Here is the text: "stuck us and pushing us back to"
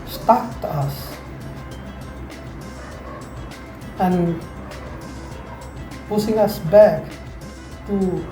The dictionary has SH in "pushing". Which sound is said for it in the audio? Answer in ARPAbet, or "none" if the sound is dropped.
S